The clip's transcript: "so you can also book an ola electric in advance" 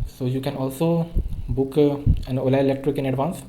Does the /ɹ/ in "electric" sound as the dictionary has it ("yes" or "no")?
yes